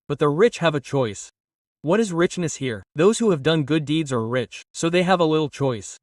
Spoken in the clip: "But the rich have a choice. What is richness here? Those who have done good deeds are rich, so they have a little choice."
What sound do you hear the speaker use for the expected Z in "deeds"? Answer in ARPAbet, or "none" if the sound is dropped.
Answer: Z